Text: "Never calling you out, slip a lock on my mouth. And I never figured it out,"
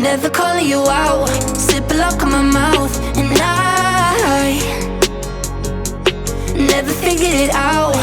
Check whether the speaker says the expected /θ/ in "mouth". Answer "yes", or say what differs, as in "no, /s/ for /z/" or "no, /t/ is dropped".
yes